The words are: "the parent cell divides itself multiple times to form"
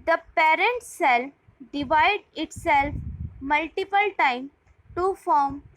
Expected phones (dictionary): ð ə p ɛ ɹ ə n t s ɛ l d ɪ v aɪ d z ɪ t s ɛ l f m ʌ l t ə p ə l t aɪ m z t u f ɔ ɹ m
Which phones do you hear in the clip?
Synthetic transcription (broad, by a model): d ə p ɛ ɹ ə n t s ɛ l d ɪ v aɪ d ɪ t s ɛ l f m ʌ l t ə p ə l t aɪ m t u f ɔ ɹ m